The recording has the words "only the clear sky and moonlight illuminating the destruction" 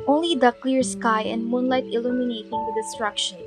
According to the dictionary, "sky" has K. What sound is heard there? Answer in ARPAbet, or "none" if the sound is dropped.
K